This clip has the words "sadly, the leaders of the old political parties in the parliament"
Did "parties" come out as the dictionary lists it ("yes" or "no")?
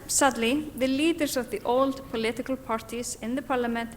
no